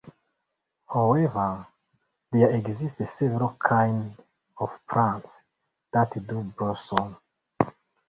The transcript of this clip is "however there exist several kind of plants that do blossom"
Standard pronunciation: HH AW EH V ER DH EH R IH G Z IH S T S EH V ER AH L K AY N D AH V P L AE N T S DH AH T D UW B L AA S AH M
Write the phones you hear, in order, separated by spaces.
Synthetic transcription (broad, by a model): HH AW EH V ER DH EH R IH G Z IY S T S EH V ER AH L K AY N D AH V P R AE N T S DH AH T D UW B AA S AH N